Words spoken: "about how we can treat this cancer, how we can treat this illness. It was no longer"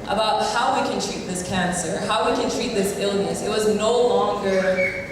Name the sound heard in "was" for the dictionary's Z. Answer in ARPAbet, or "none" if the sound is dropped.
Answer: Z